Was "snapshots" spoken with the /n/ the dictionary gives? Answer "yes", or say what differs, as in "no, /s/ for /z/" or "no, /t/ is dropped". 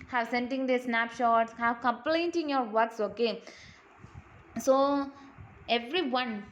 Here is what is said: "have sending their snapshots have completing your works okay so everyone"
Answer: yes